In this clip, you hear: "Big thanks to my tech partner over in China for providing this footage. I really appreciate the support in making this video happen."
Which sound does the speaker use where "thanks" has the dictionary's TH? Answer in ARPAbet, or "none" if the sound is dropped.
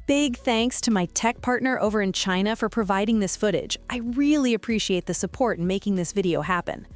TH